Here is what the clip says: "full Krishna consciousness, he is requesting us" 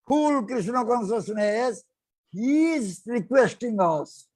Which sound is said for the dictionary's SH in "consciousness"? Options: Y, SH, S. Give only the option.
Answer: S